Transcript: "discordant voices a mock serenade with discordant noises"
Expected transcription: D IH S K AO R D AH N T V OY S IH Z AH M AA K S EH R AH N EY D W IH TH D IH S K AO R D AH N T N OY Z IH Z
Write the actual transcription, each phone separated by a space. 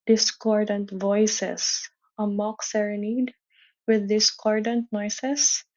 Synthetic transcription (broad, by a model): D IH S K AO R D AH N T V OY S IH S AH M AA K S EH R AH N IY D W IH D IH S K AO R D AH N T N OY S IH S